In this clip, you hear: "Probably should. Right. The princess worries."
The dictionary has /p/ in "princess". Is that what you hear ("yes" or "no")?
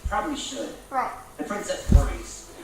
no